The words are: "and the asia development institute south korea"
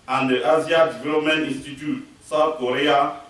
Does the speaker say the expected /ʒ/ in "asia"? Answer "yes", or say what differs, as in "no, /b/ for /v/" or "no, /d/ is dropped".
no, /z/ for /ʒ/